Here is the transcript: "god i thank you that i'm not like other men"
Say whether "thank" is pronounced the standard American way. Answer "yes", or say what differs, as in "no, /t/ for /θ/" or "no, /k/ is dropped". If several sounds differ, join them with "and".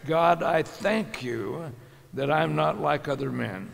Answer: yes